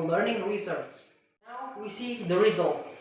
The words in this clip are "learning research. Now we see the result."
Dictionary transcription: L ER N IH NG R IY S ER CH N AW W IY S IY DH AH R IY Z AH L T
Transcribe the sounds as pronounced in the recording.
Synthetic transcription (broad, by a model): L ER N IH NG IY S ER S N AW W IY S IY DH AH R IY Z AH L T